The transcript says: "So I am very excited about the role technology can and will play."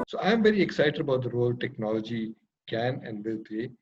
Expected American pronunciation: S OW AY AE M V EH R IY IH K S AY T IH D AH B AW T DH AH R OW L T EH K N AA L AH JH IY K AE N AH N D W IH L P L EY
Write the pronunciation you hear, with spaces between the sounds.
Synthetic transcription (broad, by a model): S OW AY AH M V EH R IY IH K S AY T IH D AH B AW T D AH R OW L T EH K N AA L AH JH IY K AE N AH N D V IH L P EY